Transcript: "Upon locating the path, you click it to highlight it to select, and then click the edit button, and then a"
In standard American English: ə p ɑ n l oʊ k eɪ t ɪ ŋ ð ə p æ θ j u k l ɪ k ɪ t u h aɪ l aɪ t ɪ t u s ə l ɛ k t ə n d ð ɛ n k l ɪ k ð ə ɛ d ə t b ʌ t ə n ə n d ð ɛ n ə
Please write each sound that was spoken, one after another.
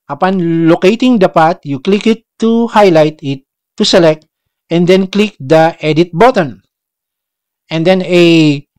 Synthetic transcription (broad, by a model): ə p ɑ n l oʊ k eɪ t ɪ ŋ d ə p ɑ t j u k l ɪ k ɪ t u h aɪ l aɪ t ɪ t u s ə l ɛ k t ə n d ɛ n k l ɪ k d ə ɛ d ə t b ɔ t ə n ə n d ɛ n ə